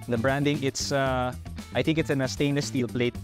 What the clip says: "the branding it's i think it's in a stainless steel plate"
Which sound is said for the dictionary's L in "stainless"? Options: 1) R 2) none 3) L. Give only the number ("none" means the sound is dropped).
2